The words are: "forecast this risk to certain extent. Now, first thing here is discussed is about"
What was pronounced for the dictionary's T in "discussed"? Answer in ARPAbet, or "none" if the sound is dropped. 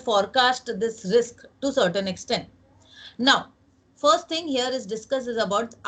none